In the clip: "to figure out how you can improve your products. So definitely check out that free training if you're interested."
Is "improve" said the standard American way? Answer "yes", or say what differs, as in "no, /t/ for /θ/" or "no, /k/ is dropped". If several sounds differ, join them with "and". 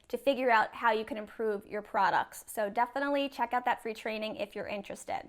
yes